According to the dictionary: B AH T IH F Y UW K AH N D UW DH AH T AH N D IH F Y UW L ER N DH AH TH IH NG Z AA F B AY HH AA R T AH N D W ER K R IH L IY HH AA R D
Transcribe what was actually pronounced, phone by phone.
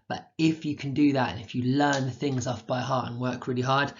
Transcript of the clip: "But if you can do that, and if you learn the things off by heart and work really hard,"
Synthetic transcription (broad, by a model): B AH T IH F Y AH K AH N D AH DH AH T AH N IH F Y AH L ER N DH AH TH IH NG Z AA F B AY HH AA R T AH N W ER K R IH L IY HH AA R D